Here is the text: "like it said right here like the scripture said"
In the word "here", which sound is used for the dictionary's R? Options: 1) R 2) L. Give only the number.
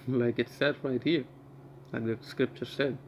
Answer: 1